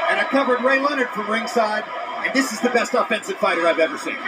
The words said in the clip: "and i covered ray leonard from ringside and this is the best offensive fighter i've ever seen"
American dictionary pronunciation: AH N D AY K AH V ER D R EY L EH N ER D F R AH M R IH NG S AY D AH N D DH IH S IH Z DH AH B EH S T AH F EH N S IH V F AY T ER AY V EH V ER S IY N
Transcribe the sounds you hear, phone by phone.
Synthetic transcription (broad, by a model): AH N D AY K AH V ER D R EY L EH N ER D F R AH M R IH NG S AY D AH N DH IH S IH Z DH AH B EH S T AH F EH N S IH V F AY T ER AY V EH V ER S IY N